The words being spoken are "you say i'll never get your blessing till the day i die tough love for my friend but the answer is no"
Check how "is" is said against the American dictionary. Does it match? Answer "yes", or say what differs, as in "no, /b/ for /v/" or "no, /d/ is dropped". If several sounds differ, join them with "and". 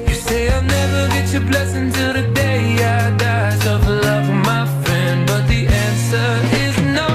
yes